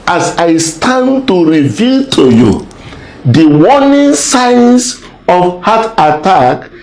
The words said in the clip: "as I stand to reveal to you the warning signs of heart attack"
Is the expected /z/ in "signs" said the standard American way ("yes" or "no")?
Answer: no